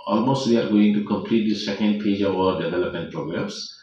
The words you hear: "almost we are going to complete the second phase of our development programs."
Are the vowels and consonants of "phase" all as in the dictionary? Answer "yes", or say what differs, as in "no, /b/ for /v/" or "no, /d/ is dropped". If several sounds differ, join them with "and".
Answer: no, /p/ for /f/